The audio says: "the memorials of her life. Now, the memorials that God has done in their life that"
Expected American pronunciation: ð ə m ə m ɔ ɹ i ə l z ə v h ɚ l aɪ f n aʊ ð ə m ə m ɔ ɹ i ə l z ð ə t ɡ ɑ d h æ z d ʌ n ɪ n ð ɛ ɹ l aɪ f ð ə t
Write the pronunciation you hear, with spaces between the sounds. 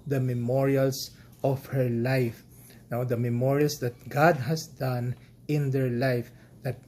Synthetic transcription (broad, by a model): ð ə m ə m ɔ ɹ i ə l s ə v h ɚ l aɪ f n aʊ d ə m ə m ɔ ɹ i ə l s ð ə t ɡ ɑ d h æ s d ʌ n ɪ n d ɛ ɹ l aɪ f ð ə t